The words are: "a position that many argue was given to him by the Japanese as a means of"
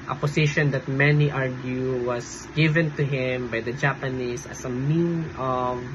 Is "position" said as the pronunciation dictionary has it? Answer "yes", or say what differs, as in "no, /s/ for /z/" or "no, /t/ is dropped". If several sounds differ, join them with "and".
no, /s/ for /z/